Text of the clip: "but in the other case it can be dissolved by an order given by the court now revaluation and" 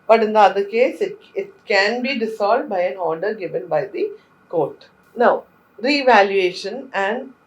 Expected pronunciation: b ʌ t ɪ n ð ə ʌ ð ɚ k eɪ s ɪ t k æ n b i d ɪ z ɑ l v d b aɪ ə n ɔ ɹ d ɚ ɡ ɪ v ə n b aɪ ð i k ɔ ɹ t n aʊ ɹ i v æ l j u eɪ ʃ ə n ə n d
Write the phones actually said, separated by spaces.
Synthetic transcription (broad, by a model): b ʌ t ɪ n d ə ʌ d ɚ k eɪ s ɪ t k æ n b i d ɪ s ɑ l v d b aɪ ə n ɔ ɹ d ɚ ɡ ɪ v ə n b aɪ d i k ɔ ɹ t n aʊ ɹ i v æ l j u eɪ ʃ ə n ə n d